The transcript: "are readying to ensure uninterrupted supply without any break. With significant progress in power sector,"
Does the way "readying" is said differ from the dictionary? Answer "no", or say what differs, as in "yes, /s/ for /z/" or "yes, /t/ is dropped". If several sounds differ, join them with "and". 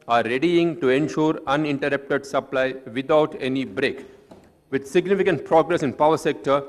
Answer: no